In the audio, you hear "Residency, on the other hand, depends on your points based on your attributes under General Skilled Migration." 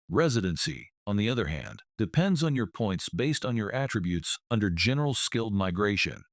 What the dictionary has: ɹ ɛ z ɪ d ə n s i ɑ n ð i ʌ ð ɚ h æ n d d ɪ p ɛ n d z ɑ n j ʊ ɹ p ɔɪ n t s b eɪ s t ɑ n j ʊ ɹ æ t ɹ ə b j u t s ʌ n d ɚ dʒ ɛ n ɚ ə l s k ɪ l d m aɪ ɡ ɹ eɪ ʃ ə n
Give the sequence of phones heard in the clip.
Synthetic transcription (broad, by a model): ɹ ɛ z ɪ d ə n s i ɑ n ð i ʌ ð ɚ h æ n d d ɪ p ɛ n d z n j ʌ ɹ p ɔɪ n t s b eɪ s t n j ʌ ɹ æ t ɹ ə b j u t s ʌ n d ɚ dʒ ɛ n ɚ l s k ɪ l d m aɪ ɡ ɹ eɪ ʃ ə n